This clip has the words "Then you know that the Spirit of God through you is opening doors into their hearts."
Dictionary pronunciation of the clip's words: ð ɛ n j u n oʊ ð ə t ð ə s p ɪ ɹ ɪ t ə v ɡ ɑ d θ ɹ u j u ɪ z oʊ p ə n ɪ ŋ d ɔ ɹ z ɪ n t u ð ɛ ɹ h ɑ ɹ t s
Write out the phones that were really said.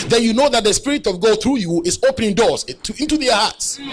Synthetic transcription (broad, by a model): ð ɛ n j u n oʊ ð ə t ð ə s p ɪ ɹ ɪ t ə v ɡ ɑ d θ ɹ u j u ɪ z oʊ p ə n ɪ ŋ d ɔ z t ɪ n t u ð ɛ h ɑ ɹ t s